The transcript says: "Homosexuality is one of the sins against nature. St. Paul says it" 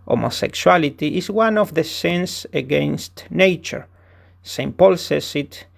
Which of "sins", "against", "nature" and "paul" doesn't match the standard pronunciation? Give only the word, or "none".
sins